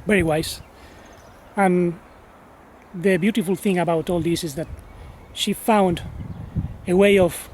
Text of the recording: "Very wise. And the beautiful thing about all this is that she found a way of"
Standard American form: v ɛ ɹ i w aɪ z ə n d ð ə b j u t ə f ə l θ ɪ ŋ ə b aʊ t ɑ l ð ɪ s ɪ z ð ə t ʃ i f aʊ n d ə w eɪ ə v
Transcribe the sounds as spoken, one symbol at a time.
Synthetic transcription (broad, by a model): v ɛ ɹ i w aɪ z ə n ð ə b j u t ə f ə l θ ɪ ŋ ə b aʊ t ɑ l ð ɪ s ɪ z ð ə t ʃ i f aʊ n d ə w eɪ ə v